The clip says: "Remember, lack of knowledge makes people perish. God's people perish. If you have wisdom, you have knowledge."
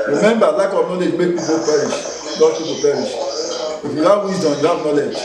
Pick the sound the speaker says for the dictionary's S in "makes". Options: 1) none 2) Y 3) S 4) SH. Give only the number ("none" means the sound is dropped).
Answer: 1